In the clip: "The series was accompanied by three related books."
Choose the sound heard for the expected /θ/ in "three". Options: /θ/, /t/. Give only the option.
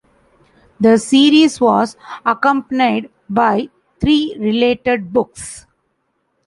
/t/